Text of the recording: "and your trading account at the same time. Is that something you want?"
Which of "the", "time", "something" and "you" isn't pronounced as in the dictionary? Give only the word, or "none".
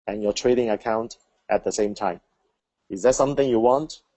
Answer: none